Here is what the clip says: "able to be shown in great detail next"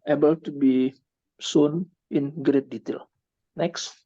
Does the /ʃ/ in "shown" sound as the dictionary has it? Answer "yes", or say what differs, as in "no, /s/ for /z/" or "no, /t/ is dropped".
no, /s/ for /ʃ/